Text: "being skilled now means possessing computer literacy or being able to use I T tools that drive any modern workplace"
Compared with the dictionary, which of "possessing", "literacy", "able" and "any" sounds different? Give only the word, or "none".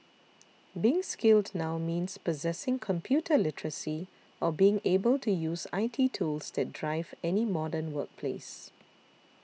none